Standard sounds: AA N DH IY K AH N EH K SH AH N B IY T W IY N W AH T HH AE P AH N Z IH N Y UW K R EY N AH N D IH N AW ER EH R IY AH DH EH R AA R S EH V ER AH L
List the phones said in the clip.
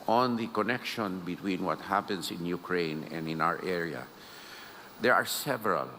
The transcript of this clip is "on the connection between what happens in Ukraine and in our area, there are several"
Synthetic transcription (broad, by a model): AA N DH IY K AH N EH K SH AH N B IY T W IY N W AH T HH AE P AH N S IH N Y UW K R EY N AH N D IH N AW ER EH R IY AH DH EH R AA R S EH V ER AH L